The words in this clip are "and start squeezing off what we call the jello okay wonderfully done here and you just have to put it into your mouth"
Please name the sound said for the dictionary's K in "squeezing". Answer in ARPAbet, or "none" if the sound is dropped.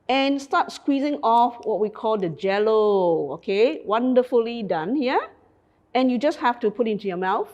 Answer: K